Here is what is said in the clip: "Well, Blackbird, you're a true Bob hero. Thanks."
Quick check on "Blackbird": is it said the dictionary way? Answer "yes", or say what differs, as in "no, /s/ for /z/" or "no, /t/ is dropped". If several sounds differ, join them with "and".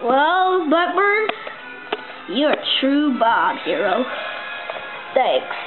no, /l/ is dropped